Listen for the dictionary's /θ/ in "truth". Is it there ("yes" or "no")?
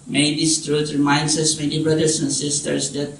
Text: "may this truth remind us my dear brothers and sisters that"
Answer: no